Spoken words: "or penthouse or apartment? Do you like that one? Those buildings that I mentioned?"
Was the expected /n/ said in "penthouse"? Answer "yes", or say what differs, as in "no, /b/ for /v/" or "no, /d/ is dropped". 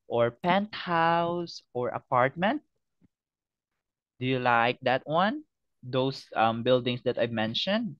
yes